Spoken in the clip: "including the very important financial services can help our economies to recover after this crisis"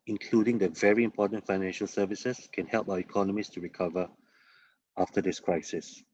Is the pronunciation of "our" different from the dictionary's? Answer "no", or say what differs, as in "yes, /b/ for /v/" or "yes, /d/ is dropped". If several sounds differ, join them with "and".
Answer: yes, /w/ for /ɹ/